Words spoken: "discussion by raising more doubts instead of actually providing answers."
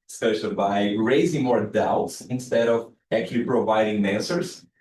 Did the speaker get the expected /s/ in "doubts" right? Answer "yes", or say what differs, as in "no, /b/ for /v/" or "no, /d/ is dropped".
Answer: yes